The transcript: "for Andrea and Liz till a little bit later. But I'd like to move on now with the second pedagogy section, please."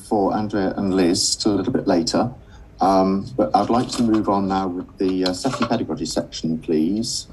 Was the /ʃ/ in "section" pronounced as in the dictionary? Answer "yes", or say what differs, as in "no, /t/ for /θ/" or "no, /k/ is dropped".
yes